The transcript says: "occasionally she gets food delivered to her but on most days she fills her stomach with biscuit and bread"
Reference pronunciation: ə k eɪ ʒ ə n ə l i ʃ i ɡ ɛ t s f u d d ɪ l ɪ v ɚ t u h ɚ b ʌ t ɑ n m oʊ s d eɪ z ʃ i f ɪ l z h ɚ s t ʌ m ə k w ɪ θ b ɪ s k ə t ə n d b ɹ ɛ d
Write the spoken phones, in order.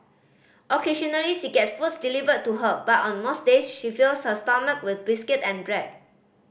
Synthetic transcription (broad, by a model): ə k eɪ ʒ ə n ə l i ʃ i ɡ ɛ t f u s d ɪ l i v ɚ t u h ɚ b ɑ t ɑ n m oʊ s d eɪ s ʃ i f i l s h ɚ s t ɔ m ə k w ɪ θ b ɪ s k ə t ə n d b ɹ ɛ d